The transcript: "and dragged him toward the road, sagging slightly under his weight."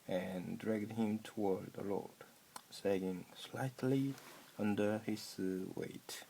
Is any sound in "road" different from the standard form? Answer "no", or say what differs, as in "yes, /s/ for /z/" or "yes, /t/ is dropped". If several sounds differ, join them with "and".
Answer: yes, /l/ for /ɹ/